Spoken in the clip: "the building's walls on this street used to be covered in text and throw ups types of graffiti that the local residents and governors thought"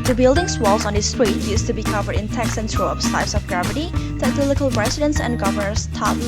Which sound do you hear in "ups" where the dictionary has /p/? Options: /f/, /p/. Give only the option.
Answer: /f/